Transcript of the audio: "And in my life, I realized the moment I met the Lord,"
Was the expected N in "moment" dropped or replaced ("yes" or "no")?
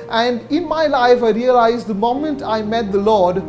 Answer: no